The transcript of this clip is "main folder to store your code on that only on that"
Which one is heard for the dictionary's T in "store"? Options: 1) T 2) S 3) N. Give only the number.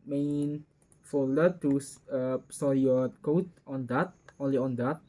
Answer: 2